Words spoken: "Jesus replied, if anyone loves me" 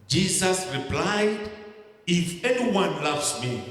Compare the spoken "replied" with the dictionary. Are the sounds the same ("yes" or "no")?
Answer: yes